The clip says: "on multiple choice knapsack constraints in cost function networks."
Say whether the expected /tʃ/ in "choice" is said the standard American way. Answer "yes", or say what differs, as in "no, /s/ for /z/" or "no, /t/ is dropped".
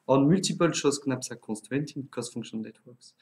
no, /ʃ/ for /tʃ/